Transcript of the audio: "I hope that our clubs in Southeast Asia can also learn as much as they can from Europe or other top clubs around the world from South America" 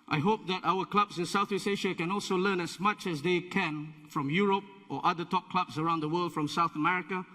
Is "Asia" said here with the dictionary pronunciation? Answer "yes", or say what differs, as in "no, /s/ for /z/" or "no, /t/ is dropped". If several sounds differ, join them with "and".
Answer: no, /ʃ/ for /ʒ/